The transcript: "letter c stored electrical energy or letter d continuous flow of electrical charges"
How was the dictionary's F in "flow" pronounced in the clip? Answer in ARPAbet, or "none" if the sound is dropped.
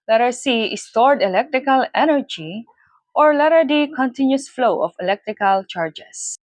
F